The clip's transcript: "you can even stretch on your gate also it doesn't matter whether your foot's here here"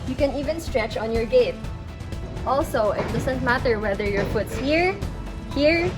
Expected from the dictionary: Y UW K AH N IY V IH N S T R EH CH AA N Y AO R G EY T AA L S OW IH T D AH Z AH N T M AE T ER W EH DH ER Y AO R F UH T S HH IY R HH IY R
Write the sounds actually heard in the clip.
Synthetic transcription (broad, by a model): Y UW K AH N IY V IH N S T R EH CH AA N Y AO R G EY T AA L S OW IH T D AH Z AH N T M AE T ER W EH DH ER Y AO R F UH T S HH IY R HH IY R